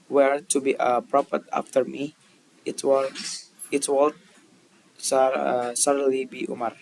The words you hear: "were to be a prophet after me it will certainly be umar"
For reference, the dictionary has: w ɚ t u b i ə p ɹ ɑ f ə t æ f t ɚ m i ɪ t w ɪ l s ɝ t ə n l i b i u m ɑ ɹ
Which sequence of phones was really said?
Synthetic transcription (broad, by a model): w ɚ t u b i ə p ɹ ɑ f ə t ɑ f t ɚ m i ɪ t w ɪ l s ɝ s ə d l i b i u m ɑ ɹ